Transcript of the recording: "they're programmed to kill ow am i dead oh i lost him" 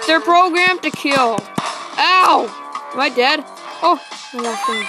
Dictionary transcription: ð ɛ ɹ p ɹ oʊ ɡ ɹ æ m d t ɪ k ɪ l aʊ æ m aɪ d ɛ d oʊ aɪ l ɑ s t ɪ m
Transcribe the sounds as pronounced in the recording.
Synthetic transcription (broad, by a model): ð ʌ ɹ p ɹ oʊ ɡ ɹ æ m t ɪ k ɪ l aʊ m aɪ d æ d oʊ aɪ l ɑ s ɪ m